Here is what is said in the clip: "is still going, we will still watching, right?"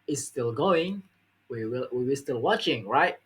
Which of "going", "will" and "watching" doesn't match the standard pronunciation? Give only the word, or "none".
will